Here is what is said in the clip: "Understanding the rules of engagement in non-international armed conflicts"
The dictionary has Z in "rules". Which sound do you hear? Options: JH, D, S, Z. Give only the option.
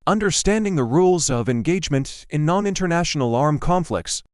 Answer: Z